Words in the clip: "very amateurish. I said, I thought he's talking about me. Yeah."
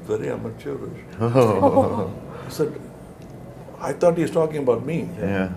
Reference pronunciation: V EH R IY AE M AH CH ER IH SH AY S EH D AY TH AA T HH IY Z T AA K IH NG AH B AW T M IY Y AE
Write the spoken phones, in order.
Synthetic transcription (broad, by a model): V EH R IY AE M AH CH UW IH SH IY S EH D AY T AA T HH IY Z T AA K IH NG AH B AW T M IY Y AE